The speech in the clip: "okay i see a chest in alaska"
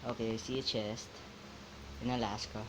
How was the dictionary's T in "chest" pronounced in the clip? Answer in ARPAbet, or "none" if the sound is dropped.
T